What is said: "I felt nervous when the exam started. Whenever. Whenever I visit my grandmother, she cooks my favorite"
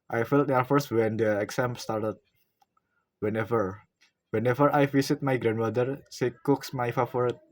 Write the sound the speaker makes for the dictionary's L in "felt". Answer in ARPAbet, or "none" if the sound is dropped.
L